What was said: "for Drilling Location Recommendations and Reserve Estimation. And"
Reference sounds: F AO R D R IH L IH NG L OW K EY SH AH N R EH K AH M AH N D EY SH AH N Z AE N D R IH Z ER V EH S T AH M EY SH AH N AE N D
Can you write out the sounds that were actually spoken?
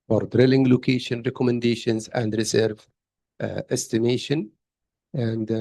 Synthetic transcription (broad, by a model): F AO R D R IH L IH NG L OW K EY SH AH N R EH K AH M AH N D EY SH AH N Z AE N D R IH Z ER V EH S T AH M EY SH AH N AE N D